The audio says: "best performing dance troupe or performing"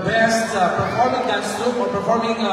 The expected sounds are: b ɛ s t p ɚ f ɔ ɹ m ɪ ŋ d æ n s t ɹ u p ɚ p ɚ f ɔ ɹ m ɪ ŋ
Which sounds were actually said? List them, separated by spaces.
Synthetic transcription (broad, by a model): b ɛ s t p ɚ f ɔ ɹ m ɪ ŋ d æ s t u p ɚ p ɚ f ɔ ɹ m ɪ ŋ